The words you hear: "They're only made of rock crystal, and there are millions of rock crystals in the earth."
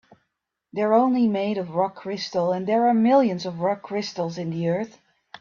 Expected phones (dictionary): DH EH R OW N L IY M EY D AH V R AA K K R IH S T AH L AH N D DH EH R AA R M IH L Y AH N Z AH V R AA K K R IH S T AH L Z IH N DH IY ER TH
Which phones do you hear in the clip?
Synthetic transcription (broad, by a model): DH EH R OW N L IY M EY D AH V R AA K K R IH S T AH L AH N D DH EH R AA R M IH L Y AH N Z AH V R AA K K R IH S T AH L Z IH N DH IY ER TH